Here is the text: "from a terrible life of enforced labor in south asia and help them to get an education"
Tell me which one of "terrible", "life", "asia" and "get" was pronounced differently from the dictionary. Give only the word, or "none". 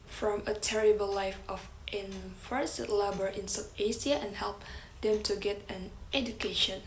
asia